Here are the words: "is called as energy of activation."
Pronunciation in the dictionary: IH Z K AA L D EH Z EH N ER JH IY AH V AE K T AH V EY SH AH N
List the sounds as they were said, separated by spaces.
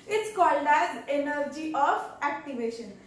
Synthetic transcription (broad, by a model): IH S K AA L D EH Z EH N ER JH IY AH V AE K T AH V EY SH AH N